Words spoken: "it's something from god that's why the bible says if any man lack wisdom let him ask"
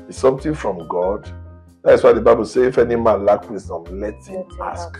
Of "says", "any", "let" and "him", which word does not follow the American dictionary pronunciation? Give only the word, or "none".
says